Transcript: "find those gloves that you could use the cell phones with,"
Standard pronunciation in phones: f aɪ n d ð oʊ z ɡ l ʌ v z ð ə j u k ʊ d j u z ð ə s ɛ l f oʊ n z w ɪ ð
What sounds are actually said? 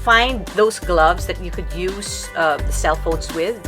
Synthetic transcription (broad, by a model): f aɪ n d ð oʊ z ɡ l ʌ v z ð ə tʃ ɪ k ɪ d j u z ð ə s ɛ l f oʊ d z w ɪ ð